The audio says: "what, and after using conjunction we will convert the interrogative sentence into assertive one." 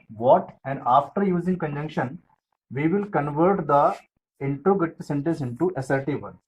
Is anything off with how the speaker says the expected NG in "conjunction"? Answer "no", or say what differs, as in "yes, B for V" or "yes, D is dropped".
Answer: no